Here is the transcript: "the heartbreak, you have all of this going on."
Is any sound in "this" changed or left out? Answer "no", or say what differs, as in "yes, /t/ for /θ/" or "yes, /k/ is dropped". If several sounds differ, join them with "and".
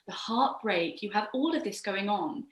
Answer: no